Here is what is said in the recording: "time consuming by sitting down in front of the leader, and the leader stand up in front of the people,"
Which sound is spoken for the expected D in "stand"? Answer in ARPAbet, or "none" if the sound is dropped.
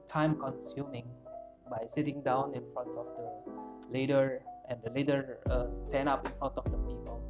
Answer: none